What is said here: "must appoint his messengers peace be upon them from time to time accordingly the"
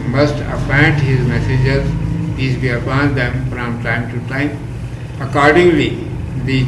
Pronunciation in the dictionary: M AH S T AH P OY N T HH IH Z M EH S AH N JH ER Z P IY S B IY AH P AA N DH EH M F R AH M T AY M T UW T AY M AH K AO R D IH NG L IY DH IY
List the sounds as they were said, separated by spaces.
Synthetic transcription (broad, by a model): M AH S T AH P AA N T HH IH Z M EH S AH JH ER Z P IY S B IY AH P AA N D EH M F R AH M T AY M T UW T AY M AH K AO R D IH NG L IY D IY